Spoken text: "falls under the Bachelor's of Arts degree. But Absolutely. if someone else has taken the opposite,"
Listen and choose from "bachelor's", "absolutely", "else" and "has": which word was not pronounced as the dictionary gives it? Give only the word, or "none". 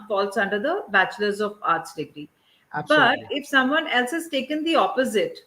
absolutely